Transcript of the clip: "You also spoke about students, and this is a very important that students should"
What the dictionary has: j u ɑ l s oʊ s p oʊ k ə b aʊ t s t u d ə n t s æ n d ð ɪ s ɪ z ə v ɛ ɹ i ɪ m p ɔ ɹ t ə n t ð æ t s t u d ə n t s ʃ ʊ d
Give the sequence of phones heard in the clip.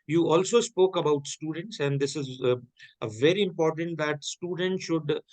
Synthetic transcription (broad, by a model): j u ɑ l s oʊ s p oʊ k ə b aʊ t s t u d ə n t s æ n d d ɪ s ɪ z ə v ɛ ɹ i ɪ m p ɔ ɹ t ə n t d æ t s t u d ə n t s ʃ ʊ d